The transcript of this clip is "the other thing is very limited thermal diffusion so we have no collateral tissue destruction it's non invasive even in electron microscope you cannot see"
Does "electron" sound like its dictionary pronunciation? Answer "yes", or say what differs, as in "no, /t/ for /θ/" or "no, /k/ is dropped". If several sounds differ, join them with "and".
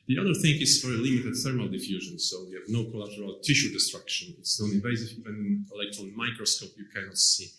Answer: no, /l/ is dropped and /ɹ/ is dropped